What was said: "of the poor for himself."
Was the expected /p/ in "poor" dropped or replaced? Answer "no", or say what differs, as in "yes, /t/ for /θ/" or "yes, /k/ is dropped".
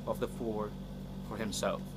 yes, /f/ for /p/